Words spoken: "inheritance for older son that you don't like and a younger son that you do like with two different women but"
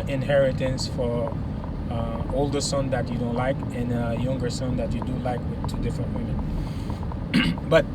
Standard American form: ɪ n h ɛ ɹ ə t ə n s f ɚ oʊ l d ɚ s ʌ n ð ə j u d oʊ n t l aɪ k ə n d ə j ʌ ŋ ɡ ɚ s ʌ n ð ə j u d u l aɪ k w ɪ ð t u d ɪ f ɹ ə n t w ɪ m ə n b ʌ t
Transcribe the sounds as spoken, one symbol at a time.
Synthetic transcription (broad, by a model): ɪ n h ɛ ɹ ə t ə n s f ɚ oʊ l d ɚ s ʌ n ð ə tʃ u d oʊ n t l aɪ k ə n ə j ʌ ŋ ɡ ɚ s ʌ n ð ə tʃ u d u l aɪ k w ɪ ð t u d ɪ f ɹ ə n t w ɪ m ə n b ʌ t